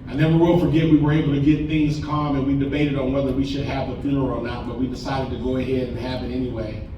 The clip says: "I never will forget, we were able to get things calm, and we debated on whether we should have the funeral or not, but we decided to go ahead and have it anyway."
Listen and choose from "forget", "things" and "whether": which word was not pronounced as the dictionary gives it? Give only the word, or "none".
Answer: none